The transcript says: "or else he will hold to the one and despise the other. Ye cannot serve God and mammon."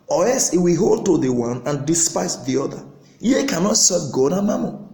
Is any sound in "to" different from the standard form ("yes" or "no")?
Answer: no